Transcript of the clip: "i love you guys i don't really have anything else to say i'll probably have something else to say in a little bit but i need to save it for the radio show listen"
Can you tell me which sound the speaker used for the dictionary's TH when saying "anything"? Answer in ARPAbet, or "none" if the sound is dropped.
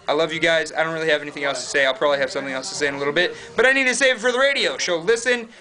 TH